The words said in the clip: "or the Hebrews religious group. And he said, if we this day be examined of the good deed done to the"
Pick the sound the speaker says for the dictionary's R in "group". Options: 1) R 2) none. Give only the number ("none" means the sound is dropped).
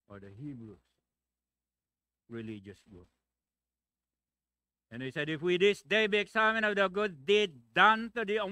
2